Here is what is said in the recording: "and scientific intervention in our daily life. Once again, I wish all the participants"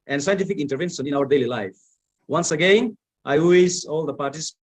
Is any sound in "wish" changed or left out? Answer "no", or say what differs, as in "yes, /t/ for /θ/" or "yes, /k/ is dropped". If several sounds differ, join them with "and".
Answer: yes, /s/ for /ʃ/